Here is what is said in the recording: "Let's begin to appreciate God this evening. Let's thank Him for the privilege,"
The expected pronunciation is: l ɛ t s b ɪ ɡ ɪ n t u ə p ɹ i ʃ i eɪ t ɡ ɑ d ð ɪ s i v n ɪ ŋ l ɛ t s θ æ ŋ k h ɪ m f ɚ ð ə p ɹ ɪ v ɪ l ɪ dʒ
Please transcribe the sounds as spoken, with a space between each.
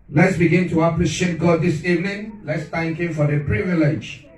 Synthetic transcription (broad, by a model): l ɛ t s b ɪ ɡ ɪ n t u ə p l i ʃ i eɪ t ɡ ɑ d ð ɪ s i v n ɪ ŋ l ɛ t s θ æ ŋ k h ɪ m f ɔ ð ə p ɹ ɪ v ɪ l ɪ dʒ